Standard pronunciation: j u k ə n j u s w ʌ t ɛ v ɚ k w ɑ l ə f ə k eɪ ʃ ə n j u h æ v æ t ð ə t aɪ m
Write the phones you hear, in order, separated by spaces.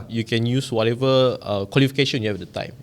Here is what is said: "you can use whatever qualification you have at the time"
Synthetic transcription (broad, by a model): j u k ə n j u s w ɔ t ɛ v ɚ k w ɑ l ə f ə k eɪ ʃ ə n j u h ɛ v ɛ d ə t aɪ m